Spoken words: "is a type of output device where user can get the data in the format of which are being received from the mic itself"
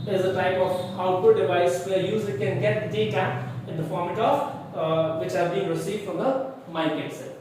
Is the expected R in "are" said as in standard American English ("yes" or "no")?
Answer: no